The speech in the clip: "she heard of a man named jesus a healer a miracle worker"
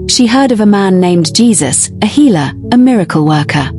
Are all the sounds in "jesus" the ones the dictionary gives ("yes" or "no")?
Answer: yes